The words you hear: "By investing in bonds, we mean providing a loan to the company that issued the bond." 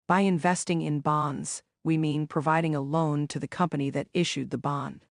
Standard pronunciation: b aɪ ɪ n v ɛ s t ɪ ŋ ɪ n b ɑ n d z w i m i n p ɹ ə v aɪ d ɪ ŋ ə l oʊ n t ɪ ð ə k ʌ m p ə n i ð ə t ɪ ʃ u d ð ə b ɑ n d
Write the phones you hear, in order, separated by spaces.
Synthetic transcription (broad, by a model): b aɪ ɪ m v ɛ s t ɪ ŋ ɪ n b ɑ n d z w i m i n p ɹ ə v aɪ d ɪ ŋ ə l oʊ n t ɪ ð ə k ʌ m p ə n i ð ə t ɪ ʃ u d ð ə b ɑ n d